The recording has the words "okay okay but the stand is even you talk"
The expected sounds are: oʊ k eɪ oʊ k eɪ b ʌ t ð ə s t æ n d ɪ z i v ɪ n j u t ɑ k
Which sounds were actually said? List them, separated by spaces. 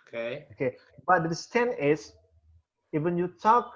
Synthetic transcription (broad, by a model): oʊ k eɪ oʊ k eɪ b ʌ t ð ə s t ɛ n ɪ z i v ɪ n j u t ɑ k